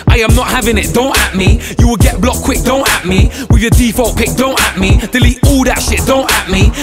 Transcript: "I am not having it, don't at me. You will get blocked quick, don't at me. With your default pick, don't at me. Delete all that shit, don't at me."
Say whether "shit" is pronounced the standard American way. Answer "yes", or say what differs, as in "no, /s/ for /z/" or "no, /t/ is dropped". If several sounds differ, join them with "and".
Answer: yes